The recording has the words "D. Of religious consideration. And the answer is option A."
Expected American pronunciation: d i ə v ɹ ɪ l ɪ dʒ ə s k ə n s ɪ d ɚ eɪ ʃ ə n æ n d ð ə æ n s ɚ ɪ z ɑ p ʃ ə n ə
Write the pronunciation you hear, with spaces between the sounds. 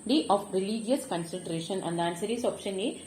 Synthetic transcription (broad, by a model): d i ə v ɹ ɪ l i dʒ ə s k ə n s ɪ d eɪ ʃ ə n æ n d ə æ n s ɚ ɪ s ɑ p ʃ ə n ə